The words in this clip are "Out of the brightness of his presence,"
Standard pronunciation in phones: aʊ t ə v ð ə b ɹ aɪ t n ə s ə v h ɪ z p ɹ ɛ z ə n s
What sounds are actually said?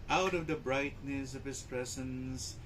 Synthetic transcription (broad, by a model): aʊ t ə v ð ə b ɹ aɪ t n ə s ə v h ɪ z p ɹ ɛ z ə n s